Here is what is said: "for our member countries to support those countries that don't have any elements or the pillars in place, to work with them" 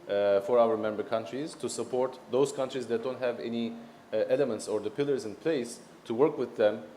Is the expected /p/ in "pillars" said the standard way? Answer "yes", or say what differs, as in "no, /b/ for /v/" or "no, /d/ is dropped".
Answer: yes